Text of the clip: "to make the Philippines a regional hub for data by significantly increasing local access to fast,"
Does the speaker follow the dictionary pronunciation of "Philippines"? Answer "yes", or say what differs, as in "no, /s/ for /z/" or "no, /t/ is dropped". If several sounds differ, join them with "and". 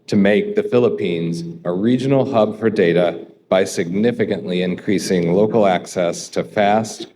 yes